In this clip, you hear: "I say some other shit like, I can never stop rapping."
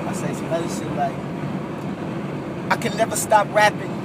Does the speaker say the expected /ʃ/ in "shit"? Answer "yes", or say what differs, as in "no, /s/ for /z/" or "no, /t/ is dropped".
no, /s/ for /ʃ/